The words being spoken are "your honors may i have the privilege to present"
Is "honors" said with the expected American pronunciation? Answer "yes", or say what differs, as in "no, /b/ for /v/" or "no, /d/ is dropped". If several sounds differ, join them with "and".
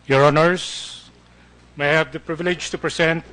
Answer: no, /s/ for /z/